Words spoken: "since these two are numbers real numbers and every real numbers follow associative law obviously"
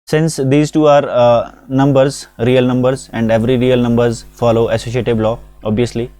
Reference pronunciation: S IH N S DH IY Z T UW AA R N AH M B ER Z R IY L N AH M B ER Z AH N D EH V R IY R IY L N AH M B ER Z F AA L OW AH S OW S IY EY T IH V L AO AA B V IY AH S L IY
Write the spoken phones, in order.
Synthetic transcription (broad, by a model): S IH N S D IY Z T UW AA R N AH M B ER Z R IY L N AH M B ER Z AH N D EH V R IY R IY L N AH M B ER Z F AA L OW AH S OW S IY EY T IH B L AO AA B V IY AH S L IY